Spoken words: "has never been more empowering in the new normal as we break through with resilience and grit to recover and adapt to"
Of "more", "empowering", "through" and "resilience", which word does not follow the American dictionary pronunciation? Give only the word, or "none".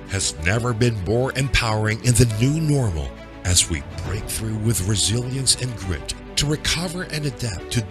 none